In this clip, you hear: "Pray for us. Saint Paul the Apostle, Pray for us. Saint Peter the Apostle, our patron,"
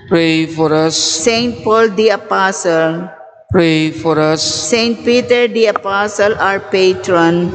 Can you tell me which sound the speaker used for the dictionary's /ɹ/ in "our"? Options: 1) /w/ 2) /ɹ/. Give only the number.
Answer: 2